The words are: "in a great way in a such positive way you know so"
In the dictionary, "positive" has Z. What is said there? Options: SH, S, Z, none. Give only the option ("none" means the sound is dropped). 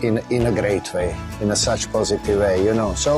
Z